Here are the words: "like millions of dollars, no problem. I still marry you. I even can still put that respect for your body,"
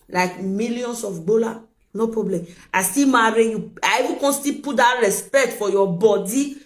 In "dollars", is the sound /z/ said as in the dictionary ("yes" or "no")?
no